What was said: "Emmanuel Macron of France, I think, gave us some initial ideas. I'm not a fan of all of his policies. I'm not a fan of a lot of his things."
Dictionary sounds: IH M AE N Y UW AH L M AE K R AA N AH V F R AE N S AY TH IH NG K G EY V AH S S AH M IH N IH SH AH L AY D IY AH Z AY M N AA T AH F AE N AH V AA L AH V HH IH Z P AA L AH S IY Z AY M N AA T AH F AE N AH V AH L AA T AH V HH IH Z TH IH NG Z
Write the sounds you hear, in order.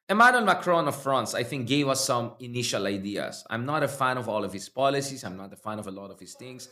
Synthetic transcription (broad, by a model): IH M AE N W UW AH L M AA K R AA N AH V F R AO N S AY TH IH NG K G EY V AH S S AH M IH N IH SH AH L AY D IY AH S AY M N AA T AH F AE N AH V AA L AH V HH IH S P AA L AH S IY S AY M N AA T AH F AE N AH V AH L AA T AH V HH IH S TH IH NG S